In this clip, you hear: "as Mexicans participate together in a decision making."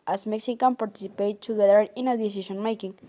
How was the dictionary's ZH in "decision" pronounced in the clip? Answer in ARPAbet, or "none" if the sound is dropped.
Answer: SH